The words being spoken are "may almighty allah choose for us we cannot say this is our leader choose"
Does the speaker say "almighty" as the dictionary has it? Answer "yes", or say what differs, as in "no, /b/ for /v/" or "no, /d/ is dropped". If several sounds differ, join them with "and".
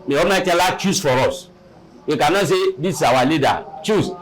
no, /l/ is dropped